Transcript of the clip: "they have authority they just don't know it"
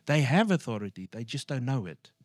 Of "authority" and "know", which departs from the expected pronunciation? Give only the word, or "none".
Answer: none